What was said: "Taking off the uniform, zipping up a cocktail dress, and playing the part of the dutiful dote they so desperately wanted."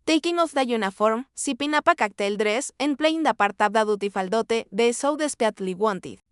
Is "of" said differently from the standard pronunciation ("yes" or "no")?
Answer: yes